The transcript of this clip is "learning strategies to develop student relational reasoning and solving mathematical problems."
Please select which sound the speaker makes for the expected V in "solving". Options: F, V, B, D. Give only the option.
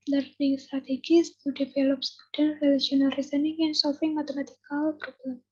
F